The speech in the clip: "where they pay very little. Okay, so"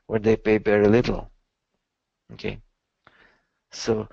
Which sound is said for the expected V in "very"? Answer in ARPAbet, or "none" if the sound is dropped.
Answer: B